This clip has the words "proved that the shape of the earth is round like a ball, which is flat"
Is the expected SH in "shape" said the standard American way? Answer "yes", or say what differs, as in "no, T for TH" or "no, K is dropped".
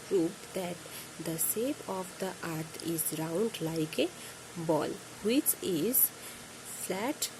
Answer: no, S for SH